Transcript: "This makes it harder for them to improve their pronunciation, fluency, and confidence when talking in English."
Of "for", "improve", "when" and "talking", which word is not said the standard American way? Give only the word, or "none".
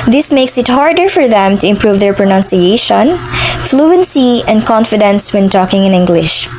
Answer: none